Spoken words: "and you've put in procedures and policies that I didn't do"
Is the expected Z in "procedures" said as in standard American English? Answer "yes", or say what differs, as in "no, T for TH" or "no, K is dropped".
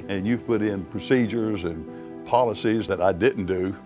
yes